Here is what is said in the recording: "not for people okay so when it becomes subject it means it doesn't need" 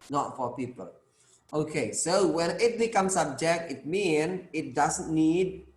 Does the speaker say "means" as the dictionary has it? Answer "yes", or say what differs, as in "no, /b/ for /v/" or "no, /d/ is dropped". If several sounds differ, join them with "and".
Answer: no, /z/ is dropped